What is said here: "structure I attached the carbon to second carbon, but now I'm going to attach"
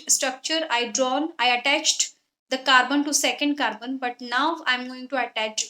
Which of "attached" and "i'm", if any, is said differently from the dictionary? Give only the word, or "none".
none